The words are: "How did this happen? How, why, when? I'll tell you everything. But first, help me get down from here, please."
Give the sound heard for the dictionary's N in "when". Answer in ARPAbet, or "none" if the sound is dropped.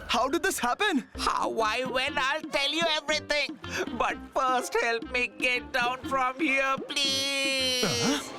L